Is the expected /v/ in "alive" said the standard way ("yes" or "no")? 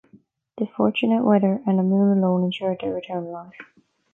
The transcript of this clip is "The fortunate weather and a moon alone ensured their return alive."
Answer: no